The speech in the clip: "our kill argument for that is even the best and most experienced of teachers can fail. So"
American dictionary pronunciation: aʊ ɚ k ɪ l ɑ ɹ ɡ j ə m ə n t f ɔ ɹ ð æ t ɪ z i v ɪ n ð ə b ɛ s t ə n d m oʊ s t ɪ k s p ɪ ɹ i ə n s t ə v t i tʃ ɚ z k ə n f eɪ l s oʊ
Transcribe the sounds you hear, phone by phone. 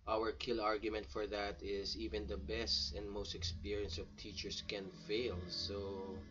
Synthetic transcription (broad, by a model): aʊ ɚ k ɪ l ɑ ɹ ɡ j ə m ə n t f ɔ ɹ ð æ t ɪ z i v ɪ n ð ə b ɛ s t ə n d m oʊ s t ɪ k s p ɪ ɹ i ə n s ə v t i tʃ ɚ s k ə n f eɪ l s oʊ